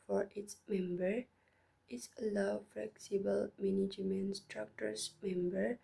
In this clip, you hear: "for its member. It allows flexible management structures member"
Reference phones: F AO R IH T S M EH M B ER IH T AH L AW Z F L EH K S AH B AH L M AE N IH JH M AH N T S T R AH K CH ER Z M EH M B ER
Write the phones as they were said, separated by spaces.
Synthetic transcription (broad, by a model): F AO R IH T S M EH M B ER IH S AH L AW F L EH K S AH B AH L M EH N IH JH M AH N S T R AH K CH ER S M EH M B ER